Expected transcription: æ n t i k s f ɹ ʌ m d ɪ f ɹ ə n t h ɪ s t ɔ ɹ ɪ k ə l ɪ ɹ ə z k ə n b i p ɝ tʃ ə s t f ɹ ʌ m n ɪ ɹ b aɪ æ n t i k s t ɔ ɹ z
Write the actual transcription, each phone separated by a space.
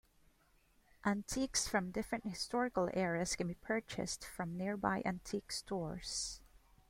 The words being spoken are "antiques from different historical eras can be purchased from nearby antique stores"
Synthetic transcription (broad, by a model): æ n t i k s f ɹ ʌ m d ɪ f ɹ ə n t h ɪ s t ɔ ɹ ɪ k ə l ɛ ɹ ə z k ə n b i p ɝ tʃ ə s t f ɹ ʌ m n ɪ ɹ b aɪ æ n t i k s t ɔ ɹ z